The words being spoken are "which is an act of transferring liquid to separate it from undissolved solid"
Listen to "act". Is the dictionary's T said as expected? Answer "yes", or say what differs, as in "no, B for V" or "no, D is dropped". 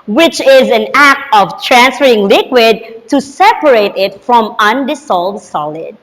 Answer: yes